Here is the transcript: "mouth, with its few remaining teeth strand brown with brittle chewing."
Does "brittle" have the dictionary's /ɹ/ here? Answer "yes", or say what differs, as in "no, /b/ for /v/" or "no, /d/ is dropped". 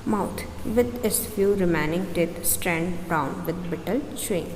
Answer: no, /ɹ/ is dropped